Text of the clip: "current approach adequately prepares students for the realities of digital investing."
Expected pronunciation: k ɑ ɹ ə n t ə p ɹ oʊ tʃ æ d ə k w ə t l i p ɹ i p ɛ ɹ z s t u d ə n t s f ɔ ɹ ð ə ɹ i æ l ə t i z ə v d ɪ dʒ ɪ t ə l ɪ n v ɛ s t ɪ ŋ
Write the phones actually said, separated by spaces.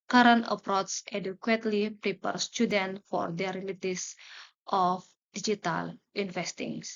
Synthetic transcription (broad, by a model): k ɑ ɹ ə n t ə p ɹ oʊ s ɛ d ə k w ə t l i p ɹ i p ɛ ɹ s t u d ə n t f ɔ ɹ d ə ɹ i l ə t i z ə f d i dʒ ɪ t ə l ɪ n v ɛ s t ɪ ŋ